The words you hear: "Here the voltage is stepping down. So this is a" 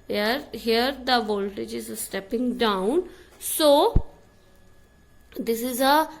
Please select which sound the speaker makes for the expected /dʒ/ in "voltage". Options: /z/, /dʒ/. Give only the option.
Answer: /dʒ/